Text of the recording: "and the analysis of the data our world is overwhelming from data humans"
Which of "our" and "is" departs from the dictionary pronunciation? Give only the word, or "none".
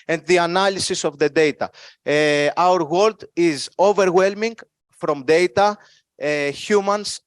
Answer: none